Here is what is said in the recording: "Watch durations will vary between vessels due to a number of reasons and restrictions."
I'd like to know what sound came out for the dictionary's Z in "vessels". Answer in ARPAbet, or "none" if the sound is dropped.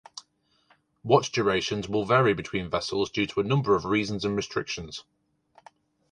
Z